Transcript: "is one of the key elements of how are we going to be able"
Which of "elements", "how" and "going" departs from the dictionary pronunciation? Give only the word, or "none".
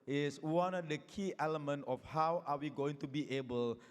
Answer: elements